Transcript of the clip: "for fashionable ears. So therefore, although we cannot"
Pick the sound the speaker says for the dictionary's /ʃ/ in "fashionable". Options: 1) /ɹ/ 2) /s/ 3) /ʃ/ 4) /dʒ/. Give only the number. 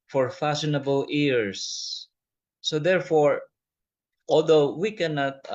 2